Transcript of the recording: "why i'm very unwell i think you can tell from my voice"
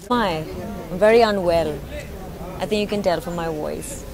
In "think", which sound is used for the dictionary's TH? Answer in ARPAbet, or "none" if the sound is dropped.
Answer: TH